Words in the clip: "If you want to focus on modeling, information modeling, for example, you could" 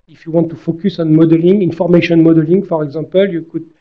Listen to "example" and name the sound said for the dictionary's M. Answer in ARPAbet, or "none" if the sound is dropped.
none